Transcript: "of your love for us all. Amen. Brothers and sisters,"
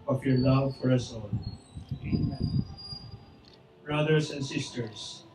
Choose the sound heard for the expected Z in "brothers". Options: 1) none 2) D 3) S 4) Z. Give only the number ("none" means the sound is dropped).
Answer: 3